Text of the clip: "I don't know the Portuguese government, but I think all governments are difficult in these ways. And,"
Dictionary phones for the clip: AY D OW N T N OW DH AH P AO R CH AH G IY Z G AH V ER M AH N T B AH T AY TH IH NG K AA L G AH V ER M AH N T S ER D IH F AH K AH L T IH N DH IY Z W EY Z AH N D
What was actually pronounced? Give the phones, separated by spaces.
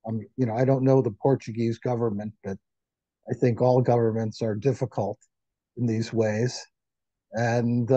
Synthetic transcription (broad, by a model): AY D OW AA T N OW DH AH P AO R CH AH G IY Z G AH V ER M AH N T B AH T AY TH IH NG K AA L G AH V ER M AH N T S ER D IH F AH K AH L T IH N DH IY Z W EY Z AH N